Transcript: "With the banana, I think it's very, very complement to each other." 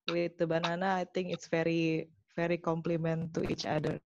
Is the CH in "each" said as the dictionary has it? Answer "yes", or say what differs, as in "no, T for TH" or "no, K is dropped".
yes